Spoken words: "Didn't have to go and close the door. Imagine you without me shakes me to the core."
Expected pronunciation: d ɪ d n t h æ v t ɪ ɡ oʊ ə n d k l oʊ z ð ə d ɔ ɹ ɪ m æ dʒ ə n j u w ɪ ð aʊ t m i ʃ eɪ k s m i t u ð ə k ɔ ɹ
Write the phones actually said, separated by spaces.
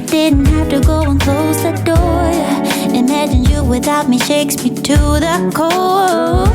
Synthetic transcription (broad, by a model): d ɪ d n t h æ f t ɪ ɡ oʊ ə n k l oʊ z ð ə d ɔ ɹ ɪ m æ dʒ ə n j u w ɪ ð aʊ t m i ʃ eɪ k s m i t u ð ə k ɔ